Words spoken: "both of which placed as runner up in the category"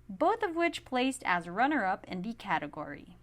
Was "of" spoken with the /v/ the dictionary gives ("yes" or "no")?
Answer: yes